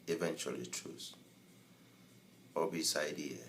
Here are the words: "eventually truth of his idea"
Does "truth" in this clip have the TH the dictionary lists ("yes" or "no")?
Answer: no